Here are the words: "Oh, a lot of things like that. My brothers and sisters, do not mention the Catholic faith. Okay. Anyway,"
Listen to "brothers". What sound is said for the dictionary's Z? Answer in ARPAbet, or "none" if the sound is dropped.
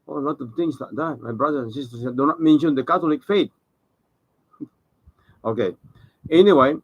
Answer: none